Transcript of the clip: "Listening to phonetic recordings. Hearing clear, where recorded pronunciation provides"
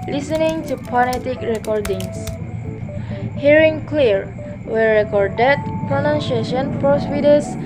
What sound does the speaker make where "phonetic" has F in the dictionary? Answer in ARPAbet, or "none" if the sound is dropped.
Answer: P